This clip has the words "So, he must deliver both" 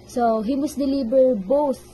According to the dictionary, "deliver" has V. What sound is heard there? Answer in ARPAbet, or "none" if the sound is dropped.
B